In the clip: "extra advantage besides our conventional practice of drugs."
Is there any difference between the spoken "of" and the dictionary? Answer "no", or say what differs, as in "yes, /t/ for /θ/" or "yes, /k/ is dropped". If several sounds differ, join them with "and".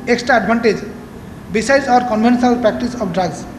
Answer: yes, /p/ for /v/